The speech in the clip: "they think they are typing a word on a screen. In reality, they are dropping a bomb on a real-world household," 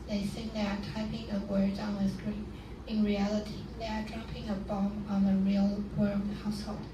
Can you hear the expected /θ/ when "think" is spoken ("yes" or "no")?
no